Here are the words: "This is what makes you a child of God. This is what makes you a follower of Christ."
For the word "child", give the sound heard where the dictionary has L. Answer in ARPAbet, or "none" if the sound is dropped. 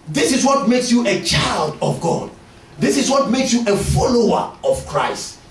L